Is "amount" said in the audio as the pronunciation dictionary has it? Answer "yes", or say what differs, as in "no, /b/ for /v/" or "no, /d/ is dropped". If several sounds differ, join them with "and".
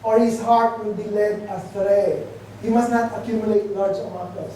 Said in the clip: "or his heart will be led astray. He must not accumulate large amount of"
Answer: no, /n/ is dropped